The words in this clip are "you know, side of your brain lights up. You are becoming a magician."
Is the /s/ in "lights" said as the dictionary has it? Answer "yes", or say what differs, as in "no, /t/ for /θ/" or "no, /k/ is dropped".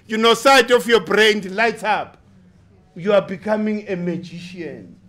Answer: no, /s/ is dropped